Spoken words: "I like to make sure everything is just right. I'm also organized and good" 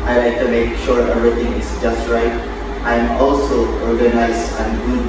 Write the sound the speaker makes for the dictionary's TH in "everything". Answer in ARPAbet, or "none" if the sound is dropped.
T